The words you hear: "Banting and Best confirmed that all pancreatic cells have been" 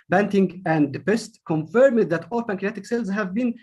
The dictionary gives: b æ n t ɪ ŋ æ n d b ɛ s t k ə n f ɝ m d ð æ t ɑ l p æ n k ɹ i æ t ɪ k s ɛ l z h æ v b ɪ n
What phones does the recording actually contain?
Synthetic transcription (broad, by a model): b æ n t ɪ ŋ æ n d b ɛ s t k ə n f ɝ m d ð æ t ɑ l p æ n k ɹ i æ t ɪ k s ɛ l z h æ v b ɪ n